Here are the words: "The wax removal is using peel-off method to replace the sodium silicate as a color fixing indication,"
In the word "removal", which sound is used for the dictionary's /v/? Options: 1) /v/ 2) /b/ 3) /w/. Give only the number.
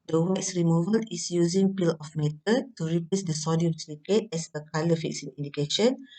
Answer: 1